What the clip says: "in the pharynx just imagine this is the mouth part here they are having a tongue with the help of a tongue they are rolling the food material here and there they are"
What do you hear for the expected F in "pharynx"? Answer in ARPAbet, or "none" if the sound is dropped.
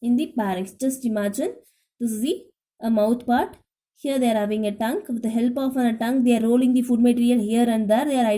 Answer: P